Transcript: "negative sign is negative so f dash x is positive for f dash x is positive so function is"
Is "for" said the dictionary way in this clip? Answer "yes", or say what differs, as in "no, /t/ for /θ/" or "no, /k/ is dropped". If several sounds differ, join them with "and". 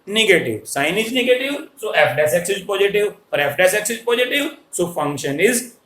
no, /p/ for /f/